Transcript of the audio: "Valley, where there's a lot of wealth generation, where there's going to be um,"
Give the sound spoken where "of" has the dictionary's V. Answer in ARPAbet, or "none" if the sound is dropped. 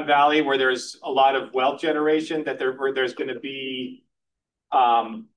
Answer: V